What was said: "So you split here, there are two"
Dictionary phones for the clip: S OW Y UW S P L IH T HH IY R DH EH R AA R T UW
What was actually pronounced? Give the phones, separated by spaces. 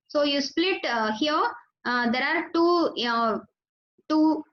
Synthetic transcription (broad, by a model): S OW Y UW S P L IH T HH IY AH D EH R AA R T UW